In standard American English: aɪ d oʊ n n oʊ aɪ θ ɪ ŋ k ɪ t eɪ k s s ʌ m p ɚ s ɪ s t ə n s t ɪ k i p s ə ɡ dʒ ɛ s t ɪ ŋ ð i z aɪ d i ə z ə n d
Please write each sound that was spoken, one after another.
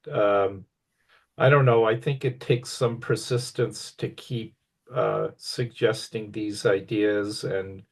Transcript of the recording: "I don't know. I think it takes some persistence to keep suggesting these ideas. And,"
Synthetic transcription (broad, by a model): aɪ d oʊ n n oʊ aɪ θ ɪ ŋ k ɪ t eɪ k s s ʌ m p ɚ s ɪ s t ə n s t ɪ k i p s ə ɡ dʒ ɛ s t ɪ ŋ ð i z aɪ d i ə z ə n